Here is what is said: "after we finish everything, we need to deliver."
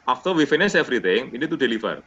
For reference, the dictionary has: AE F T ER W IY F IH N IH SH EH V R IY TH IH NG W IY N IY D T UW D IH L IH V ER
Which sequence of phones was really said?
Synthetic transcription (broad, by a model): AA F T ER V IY F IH N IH S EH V R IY T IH NG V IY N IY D T UW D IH L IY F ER